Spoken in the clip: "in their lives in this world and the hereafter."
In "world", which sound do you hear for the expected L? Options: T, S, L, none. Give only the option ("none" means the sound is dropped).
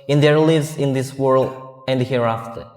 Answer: L